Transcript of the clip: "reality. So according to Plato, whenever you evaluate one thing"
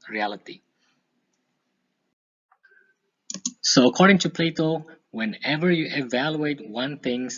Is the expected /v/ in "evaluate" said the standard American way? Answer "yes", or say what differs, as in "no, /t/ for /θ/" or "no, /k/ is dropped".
yes